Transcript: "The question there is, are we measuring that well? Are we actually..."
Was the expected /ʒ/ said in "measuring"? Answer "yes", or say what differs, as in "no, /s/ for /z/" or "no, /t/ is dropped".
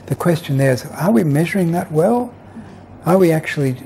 yes